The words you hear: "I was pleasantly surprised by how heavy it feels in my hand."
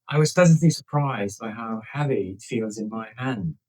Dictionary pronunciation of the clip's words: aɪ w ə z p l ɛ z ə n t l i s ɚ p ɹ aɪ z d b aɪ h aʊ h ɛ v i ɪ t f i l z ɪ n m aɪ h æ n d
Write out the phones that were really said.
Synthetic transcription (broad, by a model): aɪ w ə z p ɛ z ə n t l i s ɚ p ɹ aɪ z d b aɪ h aʊ h ɛ v i ɪ t f i l z ɪ n m aɪ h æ n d